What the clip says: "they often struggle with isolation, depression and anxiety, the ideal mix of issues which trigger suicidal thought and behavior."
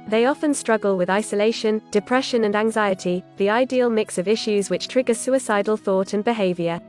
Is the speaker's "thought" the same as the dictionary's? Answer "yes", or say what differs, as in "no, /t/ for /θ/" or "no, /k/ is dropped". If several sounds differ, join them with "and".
yes